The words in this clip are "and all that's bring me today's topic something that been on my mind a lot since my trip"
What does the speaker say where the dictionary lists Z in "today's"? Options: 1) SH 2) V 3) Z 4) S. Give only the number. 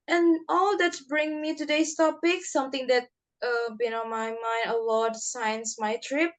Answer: 4